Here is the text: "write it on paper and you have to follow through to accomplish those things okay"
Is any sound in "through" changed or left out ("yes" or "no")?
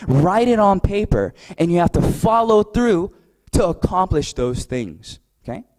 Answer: no